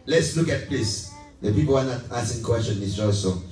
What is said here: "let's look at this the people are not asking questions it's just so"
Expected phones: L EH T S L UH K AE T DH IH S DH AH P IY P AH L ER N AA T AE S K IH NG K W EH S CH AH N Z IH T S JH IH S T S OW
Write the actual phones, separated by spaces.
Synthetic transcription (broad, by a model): L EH T S L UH K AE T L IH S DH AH P IY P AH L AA N AA T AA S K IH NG K W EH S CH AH N IH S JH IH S S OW